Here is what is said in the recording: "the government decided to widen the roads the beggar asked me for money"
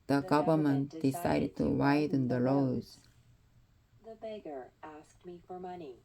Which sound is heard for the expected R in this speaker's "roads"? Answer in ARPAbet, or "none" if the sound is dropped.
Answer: L